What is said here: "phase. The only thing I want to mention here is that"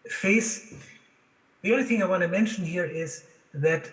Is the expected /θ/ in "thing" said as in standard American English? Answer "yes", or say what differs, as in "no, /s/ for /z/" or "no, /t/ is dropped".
yes